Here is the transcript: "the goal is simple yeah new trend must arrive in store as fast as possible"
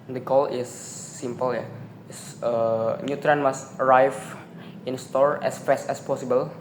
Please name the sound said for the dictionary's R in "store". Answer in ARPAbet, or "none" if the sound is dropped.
R